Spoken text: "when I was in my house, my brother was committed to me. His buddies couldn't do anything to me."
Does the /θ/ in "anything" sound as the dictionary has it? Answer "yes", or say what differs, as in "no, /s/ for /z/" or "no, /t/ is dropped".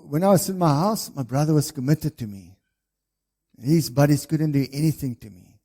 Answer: yes